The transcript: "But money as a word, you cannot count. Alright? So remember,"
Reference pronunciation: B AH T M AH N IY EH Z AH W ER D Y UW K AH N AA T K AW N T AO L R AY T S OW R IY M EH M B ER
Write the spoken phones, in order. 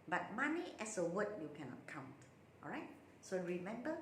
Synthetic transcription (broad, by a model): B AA T M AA N IY EH S AH W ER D Y UW K AH N AA T K AW N T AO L R AY T S OW R IY M EH M B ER